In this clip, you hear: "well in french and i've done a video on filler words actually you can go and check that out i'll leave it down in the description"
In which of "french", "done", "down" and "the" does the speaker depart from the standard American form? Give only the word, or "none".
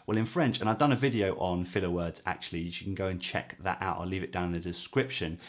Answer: down